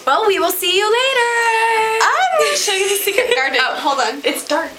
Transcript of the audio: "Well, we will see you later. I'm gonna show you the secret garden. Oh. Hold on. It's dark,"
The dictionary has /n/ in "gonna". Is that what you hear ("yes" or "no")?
no